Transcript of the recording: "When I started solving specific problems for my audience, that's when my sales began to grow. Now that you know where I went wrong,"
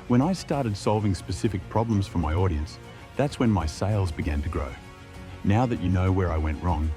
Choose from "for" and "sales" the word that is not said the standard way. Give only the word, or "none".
none